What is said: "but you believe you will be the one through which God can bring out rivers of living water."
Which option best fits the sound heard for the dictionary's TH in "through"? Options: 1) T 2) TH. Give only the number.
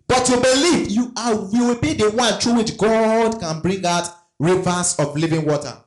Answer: 1